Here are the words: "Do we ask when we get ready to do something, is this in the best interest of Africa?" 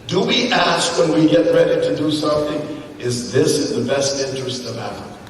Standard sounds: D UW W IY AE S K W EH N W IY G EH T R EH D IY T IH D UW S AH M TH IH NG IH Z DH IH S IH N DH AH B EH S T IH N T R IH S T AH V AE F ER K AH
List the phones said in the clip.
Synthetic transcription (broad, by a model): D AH W IY AE S K W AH N W IY G EH T R EH D IY T IH D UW S AH M TH IH NG IH Z DH IH S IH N DH AH B EH S T IH N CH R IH S T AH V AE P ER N